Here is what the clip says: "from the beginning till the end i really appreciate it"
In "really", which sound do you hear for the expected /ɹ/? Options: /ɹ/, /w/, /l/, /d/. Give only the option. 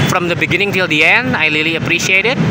/l/